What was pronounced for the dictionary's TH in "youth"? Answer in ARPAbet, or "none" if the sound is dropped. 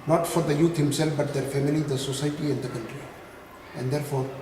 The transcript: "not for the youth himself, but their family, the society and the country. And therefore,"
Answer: T